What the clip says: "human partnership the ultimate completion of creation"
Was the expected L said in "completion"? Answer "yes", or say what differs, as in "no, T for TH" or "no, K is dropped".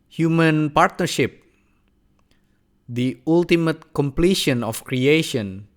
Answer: yes